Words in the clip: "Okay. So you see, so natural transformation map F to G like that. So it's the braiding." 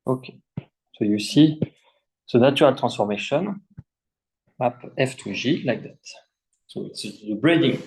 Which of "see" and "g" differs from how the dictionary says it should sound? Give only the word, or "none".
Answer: g